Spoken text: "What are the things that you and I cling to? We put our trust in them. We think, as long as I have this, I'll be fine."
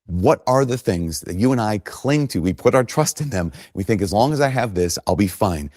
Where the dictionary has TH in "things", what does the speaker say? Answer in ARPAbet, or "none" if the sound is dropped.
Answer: TH